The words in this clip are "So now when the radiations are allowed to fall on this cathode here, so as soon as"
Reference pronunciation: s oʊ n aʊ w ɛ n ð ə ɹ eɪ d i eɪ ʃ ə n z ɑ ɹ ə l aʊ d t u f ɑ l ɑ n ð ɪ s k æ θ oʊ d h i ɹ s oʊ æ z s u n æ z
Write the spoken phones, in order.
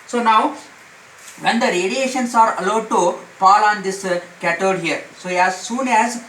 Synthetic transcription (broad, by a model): s oʊ n aʊ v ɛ n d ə ɹ eɪ d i eɪ ʃ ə n s ɑ ɹ ə l aʊ d t u p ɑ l ɑ n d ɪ s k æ t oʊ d h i ɹ s oʊ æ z s u n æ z